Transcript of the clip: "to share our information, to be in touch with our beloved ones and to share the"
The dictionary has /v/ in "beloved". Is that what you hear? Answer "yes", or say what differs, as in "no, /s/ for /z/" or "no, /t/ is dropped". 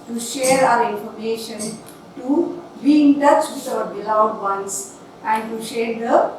no, /v/ is dropped